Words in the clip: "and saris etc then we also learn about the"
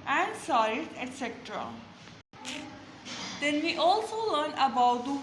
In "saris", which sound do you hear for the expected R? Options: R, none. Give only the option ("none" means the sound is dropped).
none